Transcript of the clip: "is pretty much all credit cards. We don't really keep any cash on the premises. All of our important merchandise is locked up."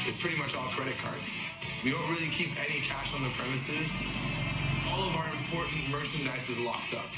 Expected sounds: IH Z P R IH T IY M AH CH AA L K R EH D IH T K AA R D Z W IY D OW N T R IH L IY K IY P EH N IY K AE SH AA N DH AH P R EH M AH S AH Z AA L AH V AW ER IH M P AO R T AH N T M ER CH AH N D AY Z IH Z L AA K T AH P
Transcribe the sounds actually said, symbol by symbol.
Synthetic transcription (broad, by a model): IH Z P R IH T IY M AH CH AA L K R EH D IH T K AA R D Z W IY D OW N T R IH L IY K IY P EH N IY K AE SH N DH AH P R EH M AH S AH Z AA L AH V AW ER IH M P AO R T N M ER CH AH N D AY S IH Z L AA K T AH P